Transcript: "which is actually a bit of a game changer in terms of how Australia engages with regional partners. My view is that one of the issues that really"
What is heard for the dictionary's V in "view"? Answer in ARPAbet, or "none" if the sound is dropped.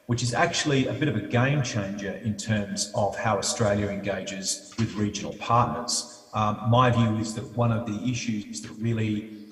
V